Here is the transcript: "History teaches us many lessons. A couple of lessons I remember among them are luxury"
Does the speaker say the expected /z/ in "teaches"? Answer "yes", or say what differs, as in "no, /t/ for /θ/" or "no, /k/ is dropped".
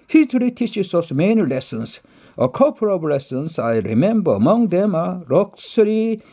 no, /s/ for /z/